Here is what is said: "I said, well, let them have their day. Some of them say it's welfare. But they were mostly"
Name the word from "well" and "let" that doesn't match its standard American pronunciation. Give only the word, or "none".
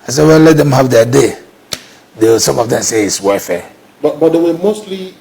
well